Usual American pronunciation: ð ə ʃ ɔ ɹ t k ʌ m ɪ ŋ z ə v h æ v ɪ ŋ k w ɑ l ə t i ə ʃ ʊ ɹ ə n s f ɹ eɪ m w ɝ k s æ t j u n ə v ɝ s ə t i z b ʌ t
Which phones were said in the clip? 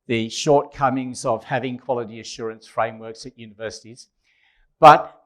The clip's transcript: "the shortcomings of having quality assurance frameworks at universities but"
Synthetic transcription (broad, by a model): ð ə ʃ ɔ ɹ t k ʌ m ɪ ŋ z ə v h æ v ɪ ŋ k w ɑ l ə t i ə ʃ ʊ ɹ ə n s f ɹ eɪ m w ɝ k s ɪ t j u n ə v ɝ s ə t i z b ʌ t